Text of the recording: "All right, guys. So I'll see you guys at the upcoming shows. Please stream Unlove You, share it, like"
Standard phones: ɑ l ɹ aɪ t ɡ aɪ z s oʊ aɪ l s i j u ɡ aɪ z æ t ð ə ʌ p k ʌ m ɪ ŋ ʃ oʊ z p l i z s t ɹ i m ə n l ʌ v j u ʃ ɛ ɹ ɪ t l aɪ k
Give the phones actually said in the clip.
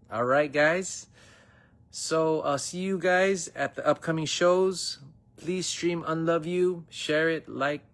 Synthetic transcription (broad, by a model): ɑ l ɹ aɪ t ɡ aɪ z s oʊ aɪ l s i j u ɡ aɪ z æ t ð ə ʌ p k ʌ m ɪ ŋ ʃ oʊ z p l i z s t ɹ i m ə n l ʌ v j u ʃ ɛ ɹ ɪ t l aɪ k